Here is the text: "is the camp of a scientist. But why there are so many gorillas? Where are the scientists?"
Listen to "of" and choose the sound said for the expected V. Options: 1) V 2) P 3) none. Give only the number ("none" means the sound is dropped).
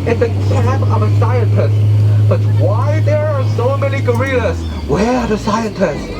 1